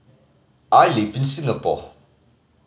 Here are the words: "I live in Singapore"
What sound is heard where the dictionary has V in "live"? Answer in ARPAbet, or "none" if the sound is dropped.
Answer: F